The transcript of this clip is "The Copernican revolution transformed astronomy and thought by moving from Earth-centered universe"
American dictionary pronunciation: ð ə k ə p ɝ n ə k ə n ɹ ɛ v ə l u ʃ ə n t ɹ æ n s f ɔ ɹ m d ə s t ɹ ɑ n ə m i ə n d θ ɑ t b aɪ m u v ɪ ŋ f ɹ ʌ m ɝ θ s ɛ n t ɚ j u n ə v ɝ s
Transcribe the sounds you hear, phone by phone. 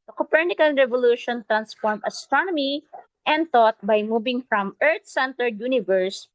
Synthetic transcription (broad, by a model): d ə k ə p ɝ n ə k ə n ɹ ɛ v ə l u ʃ ə n t ɹ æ n s f ɔ ɹ m ə s t ɹ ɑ n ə m i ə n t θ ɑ t b aɪ m u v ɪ ŋ f ɹ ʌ m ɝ t s ɛ n t ɚ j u n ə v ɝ s